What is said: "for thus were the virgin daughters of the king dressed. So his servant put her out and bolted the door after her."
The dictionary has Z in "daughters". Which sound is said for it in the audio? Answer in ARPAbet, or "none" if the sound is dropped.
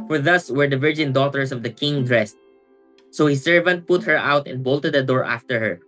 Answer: S